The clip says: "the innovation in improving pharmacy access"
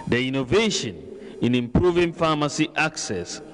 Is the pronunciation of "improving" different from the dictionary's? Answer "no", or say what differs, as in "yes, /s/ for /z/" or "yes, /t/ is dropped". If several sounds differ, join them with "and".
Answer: no